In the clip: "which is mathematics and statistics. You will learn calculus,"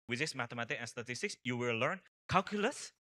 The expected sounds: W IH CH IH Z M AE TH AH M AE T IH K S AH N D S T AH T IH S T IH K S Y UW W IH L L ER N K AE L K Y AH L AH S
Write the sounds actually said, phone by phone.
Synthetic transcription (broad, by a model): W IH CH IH S M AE T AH M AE T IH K AH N S T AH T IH S T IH K S Y UW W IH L L ER N K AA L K Y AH L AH S